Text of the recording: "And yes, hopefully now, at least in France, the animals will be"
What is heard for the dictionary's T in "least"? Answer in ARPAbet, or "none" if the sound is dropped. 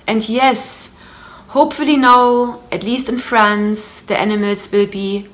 T